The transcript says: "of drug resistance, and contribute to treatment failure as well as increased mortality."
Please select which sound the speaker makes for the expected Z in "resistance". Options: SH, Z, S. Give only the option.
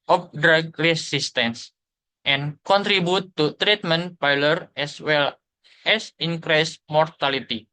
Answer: S